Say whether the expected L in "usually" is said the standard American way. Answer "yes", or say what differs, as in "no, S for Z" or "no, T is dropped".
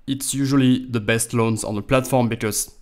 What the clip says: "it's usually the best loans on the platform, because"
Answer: yes